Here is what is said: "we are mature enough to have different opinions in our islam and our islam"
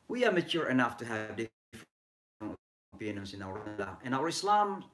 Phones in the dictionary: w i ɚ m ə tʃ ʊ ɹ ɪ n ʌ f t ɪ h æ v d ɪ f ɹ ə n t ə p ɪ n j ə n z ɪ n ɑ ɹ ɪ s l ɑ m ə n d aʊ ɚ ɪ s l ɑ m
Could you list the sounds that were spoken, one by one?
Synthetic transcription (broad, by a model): w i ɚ m ə tʃ ʊ ɹ ɪ n ʌ f t ɪ h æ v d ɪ f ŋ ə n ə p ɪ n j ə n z ɪ n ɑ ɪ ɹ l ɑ ə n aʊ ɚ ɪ s l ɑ m